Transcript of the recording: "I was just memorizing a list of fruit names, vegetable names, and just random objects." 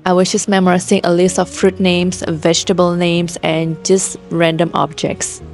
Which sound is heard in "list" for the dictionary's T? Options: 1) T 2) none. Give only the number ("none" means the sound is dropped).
1